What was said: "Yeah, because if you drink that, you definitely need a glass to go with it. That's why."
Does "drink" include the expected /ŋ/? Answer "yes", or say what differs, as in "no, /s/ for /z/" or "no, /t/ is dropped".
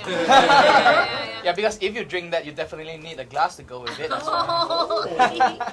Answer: yes